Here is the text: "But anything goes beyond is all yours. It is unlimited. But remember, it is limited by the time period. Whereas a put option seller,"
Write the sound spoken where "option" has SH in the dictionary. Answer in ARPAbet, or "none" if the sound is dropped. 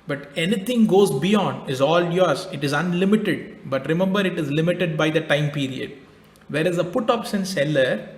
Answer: S